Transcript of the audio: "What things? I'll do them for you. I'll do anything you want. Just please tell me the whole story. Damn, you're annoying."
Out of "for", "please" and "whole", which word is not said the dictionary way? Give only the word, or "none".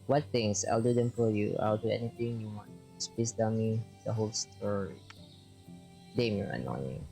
please